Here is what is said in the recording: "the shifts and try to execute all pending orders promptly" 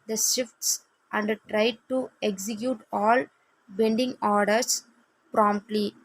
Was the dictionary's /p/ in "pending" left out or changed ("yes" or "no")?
yes